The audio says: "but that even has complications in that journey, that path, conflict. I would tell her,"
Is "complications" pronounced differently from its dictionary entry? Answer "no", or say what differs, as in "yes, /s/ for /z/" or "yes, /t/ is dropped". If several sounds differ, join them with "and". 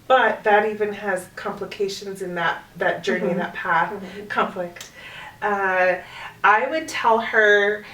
no